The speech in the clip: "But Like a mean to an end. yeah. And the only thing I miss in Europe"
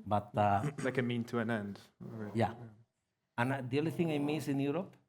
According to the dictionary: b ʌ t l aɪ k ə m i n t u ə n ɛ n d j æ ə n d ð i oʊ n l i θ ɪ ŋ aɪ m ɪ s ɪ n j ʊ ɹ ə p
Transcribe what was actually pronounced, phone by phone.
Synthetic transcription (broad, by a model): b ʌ t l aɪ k ə m i n t u ə n ɛ n d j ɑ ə n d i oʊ l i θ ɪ ŋ aɪ m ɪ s ɪ n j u ɹ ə p